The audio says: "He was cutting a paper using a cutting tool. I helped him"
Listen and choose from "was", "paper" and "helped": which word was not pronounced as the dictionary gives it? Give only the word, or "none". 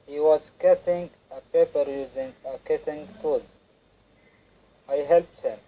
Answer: none